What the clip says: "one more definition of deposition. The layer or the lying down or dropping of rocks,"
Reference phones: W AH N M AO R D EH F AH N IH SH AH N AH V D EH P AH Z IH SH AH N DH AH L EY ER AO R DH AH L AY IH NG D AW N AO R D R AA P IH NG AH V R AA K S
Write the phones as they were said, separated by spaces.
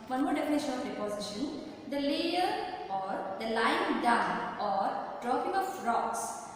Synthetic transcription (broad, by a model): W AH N M AO R D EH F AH N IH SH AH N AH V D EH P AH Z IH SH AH N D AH L EY ER AO R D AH L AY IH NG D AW AO R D R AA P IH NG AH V R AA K S